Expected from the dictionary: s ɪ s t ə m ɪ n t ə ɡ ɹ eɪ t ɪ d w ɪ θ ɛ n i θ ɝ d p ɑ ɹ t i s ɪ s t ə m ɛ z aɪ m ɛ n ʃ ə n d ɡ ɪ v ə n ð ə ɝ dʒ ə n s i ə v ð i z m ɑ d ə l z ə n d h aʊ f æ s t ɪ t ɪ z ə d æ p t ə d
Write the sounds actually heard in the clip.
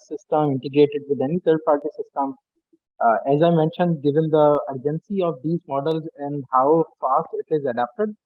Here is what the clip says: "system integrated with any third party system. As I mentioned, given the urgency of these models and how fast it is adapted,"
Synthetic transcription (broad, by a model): s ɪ s t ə m ɪ n t ə ɡ ɹ eɪ t ɪ d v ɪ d ɛ n i t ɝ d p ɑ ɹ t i s ɪ s t ə m ɛ z aɪ m ɛ n ʃ ə n d ɡ ɪ v ə n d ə ɝ dʒ ə n s i ə v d i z m ɑ d ə l z ə n d h aʊ f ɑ s t ɪ t ɪ z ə d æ p t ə d